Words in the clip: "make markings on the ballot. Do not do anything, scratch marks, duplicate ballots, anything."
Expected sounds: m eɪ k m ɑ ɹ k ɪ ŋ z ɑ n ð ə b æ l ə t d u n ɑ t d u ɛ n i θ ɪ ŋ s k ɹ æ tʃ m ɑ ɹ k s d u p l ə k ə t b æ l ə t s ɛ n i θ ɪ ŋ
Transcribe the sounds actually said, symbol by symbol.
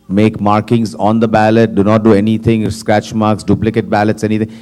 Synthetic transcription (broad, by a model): m eɪ k m ɑ ɹ k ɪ ŋ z ɑ n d ə b æ l ə t d u n ɑ t d u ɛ n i t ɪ ŋ s k ɹ æ tʃ m ɑ ɹ k s d u p l ə k ə t b æ l ə t s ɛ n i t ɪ ŋ